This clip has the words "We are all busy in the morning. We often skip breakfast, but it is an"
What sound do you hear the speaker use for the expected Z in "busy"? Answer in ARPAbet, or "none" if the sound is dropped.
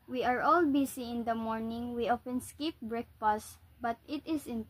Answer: S